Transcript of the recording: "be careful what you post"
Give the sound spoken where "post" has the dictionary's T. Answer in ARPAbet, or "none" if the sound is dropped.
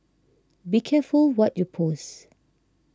none